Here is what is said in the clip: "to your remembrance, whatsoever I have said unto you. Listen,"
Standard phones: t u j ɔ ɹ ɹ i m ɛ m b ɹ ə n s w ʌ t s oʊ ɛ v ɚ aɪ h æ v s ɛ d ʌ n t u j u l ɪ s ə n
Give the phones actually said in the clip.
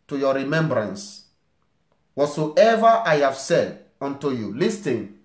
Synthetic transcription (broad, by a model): t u j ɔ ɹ ɹ i m ɛ m b ɹ ə n s w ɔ t s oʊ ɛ v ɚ aɪ h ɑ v s ɛ d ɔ n t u j u l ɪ s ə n